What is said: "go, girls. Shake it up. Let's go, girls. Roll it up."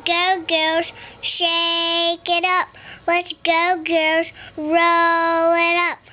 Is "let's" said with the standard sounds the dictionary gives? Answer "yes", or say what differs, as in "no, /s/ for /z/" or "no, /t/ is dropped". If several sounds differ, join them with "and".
no, /w/ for /l/